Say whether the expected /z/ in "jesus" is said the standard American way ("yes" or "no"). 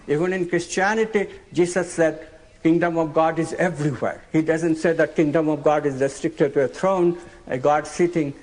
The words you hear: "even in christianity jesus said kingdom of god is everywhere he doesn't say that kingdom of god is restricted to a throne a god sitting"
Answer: no